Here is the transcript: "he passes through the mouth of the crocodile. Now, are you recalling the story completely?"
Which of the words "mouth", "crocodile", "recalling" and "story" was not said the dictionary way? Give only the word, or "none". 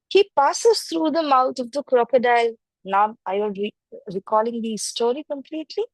mouth